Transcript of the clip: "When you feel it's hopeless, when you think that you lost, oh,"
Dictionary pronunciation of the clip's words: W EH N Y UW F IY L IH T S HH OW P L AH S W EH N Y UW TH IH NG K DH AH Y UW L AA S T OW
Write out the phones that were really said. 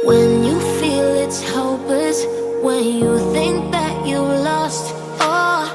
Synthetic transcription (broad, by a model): W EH N Y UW F IY L IH T S HH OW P AH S W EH N Y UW TH IH NG K DH AH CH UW L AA S T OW